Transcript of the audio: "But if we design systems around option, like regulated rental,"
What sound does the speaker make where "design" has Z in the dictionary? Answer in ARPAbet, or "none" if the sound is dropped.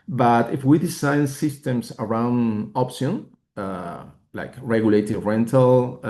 S